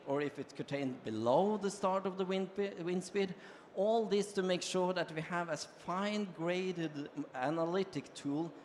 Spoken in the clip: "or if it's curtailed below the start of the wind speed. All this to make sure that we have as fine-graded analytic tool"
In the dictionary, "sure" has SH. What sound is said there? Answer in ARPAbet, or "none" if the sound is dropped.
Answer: SH